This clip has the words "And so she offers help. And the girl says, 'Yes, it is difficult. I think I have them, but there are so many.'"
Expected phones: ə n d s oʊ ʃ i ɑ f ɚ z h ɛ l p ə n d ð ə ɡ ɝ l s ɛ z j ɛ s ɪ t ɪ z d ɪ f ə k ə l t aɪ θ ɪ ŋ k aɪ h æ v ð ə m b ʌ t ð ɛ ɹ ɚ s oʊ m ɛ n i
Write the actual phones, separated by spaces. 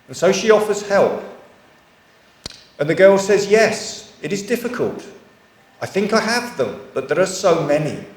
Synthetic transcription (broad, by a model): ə n s oʊ ʃ i ɑ f ɚ z h ɛ l p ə n ð ə ɡ ɝ l s ɛ z j ɛ s ɪ t ɪ z d ɪ f ə k ə l t aɪ θ ɪ ŋ k aɪ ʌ v ð ə m b ʌ t ð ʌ ɹ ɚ s oʊ m ɛ n i